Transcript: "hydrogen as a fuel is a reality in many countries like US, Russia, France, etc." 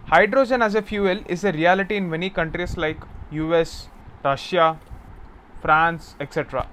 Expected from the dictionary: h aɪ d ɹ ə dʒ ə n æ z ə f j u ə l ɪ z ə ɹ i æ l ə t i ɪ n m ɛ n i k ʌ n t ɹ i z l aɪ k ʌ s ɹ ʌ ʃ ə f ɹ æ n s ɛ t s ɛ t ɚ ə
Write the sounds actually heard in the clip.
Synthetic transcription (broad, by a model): h aɪ d ɹ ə dʒ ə n æ z ə f j u ə l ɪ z ə ɹ i æ l ə t i ɪ n m ɛ n i k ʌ n t ɹ i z l aɪ k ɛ s ɹ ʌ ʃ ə f ɹ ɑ n s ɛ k s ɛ t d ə